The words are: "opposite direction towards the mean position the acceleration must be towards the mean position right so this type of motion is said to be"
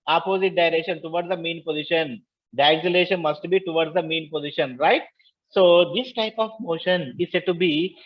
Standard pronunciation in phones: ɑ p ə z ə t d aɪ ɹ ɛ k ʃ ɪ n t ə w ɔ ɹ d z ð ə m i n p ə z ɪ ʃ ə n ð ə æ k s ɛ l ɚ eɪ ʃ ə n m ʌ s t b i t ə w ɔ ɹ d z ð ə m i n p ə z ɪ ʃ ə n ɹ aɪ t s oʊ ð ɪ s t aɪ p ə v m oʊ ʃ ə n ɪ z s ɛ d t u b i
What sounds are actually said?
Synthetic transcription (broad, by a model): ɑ p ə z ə t d aɪ ɹ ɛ k ʃ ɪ n t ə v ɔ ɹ d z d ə m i n p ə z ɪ ʃ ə n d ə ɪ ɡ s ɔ l eɪ ʃ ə n m ʌ s t b i t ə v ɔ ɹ d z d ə m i n p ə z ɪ ʃ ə n ɹ aɪ t s oʊ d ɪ s t aɪ p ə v m oʊ ʃ ə n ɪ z s ɛ d t u b i